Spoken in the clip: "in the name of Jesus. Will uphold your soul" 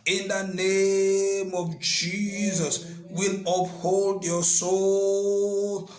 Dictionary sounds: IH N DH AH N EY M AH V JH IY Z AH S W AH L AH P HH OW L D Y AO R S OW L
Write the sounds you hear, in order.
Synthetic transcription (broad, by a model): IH N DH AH N EY M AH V JH IY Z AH S W AH L AH P HH OW L D Y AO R S OW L